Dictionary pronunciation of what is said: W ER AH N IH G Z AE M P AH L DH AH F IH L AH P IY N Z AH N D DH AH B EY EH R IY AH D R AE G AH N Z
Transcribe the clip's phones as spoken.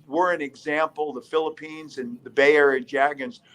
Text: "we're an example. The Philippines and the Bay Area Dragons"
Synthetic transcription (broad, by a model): W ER AH N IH G Z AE M P L DH AH F IH L AH P IY N Z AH N DH AH B EY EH R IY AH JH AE G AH N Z